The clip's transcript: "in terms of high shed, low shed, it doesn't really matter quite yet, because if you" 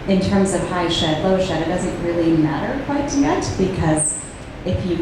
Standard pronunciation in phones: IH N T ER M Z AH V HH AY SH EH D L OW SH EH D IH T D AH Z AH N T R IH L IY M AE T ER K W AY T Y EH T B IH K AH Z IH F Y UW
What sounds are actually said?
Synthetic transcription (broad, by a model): IH N T ER M Z AH V HH AY SH EH D L OW SH EH D IH T D AH Z AH N T R IH L IY M AE T ER K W AY T Y EH T B IH K AH Z IH F Y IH